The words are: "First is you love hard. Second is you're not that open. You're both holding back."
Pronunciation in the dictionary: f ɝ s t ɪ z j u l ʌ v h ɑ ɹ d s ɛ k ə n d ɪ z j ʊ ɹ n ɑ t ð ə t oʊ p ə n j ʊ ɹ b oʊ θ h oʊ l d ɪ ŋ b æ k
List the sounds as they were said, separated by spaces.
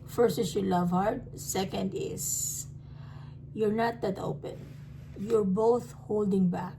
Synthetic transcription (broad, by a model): f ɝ s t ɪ s j u l ʌ v h ɑ ɹ d s ɛ k ə n d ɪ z j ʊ ɹ n ɑ t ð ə t oʊ p ə n j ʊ ɹ b oʊ θ h oʊ l d ɪ ŋ b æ k